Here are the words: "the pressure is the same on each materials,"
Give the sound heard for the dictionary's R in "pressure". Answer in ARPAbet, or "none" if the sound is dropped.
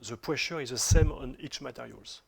W